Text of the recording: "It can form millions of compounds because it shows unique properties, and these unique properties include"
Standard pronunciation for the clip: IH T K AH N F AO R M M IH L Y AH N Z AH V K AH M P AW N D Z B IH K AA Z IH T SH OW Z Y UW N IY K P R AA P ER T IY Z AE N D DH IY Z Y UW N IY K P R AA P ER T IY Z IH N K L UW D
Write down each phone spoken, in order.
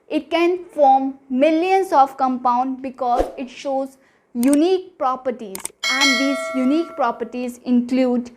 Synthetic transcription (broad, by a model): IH T K AH N F AO R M M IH L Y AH N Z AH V K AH M P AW N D B IH K AA Z IH T SH OW Z Y UW N IY K P R AA P ER T IY Z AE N D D IY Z Y UW N IY K P R AA P ER T IY Z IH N K L UW D